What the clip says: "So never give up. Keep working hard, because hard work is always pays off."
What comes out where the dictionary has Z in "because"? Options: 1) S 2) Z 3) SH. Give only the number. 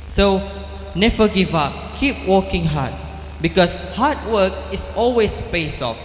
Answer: 1